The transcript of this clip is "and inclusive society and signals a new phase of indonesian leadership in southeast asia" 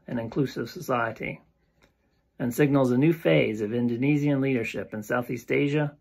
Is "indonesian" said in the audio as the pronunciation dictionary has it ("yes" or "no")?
no